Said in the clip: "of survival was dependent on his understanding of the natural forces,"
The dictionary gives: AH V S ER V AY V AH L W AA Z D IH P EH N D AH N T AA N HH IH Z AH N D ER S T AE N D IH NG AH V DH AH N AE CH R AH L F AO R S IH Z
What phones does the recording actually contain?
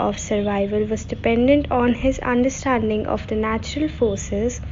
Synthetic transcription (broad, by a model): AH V S ER V AY V AH L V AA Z D IH P EH N D AH N T AA N HH IH Z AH N D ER S T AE N D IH NG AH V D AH N AE CH R AH L F AO R S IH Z